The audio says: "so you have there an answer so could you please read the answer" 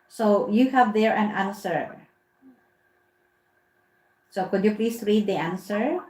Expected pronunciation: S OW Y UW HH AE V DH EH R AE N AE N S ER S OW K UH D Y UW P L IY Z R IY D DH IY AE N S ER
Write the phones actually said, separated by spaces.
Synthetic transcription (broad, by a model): S OW Y UW HH AE V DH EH R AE N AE N S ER S OW K UH D Y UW P L IY S R IY D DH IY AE N S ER